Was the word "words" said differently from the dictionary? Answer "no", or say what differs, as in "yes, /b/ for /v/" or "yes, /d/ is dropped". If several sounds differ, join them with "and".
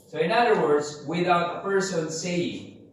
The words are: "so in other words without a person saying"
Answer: no